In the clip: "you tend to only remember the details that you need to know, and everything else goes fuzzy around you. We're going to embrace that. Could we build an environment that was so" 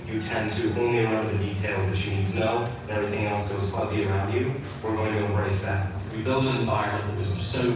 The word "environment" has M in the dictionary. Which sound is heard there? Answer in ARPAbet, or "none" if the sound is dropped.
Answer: none